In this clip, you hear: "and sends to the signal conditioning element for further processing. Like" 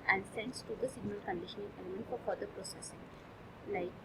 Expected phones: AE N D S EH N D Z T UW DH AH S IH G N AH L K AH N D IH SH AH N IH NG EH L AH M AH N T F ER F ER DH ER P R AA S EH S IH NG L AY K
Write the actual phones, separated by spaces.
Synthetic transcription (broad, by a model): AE N D S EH N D S T UW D AH S IH G N AH L K AH N D IH SH AH N IH NG EH L AH M AH N T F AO F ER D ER P R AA S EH S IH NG L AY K